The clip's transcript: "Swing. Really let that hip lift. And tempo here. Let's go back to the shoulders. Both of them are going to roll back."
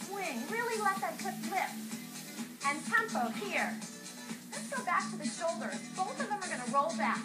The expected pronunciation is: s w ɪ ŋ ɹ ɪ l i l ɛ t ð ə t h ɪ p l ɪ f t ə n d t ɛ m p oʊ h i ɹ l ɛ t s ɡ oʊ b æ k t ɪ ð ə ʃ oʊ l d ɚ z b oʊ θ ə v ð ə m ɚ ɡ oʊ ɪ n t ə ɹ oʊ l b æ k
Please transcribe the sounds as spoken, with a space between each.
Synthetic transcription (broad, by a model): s w ɪ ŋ ɹ ɪ l i l ɛ t ð ə t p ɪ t l ɪ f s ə n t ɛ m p oʊ h i ɹ l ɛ t s ɡ oʊ b æ k t ɪ ð ə ʃ oʊ l d ɚ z b oʊ θ ə v ð ə m ɚ ɡ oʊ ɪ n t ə ɹ oʊ l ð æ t